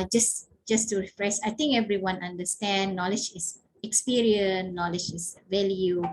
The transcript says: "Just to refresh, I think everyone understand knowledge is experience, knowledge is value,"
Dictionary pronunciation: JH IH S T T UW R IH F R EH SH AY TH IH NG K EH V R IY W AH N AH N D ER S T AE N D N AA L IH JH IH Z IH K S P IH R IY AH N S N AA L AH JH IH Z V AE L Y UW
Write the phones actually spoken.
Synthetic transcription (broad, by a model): JH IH S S T UW R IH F R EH S AY T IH NG K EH V R IY W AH N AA N D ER S T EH N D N AA L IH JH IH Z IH K S P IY R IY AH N N AA L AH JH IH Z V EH L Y UW